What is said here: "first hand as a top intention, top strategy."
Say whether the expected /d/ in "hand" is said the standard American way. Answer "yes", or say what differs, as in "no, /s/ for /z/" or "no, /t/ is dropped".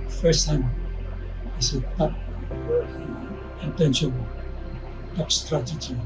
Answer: no, /d/ is dropped